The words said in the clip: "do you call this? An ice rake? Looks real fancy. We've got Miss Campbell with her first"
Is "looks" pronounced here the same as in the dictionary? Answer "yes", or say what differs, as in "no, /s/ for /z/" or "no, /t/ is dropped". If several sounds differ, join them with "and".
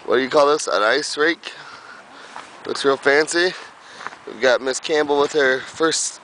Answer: no, /w/ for /l/